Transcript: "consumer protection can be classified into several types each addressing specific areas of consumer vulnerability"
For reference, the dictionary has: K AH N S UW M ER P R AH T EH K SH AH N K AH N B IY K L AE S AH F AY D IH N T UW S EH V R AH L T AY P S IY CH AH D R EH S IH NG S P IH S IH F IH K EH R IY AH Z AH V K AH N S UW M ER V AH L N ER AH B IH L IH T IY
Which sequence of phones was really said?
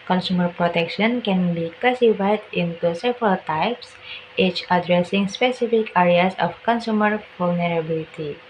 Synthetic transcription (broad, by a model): K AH N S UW M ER P R AH T EH K SH AH N K AH N B IY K AE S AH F AY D IH N T UW S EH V R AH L T AY P S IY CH AH D R EH S IH NG S P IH S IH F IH K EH R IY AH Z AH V K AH N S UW M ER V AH L N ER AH B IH L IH T IY